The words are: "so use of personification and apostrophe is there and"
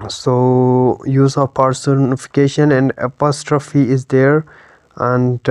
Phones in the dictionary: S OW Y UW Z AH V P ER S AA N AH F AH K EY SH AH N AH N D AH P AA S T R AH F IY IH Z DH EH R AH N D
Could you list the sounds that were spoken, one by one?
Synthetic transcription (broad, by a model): S OW Y UW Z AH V P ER S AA N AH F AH K EY SH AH N AH N D AH P AA S T R AH F IY IH Z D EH R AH N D